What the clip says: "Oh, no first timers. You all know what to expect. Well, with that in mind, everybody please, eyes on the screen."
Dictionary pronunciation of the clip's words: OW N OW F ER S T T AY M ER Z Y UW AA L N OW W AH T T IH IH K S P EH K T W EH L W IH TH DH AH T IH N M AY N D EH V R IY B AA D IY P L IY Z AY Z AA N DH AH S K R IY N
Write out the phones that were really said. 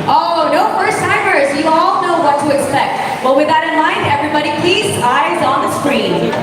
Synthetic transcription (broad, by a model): OW N OW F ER S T T AY M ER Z Y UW AA L N OW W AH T T IH IH K S P EH K T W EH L W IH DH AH T IH N M AY N D EH V R IY B AA D IY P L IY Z AY Z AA N DH AH S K R IY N